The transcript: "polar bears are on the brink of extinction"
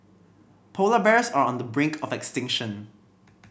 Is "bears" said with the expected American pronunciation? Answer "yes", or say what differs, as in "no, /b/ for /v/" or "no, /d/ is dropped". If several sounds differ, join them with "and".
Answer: no, /s/ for /z/